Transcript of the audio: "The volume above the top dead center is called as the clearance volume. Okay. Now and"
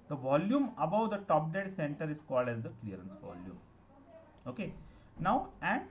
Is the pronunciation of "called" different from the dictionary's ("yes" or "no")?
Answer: no